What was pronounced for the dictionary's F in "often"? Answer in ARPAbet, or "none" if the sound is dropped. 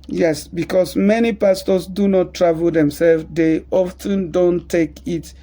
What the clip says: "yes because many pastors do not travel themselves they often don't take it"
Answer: F